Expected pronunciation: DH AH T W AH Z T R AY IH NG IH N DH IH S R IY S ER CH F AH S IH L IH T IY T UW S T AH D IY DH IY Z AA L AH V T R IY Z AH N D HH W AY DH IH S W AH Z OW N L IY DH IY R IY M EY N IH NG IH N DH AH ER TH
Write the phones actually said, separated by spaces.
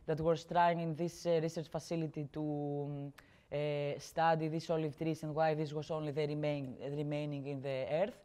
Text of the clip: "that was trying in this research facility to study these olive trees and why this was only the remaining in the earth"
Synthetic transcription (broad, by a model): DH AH T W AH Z T R AY IH NG IH N DH IH S R IY S ER CH F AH S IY L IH T IY T UW S T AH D IY DH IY S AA L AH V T R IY S AH N D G W AY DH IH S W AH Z OW N L IY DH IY R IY M EY N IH NG IH N DH AH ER TH